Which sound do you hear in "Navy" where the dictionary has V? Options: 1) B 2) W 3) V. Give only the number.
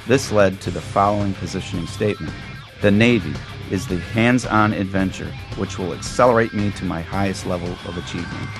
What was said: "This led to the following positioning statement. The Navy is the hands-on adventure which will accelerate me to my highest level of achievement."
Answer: 3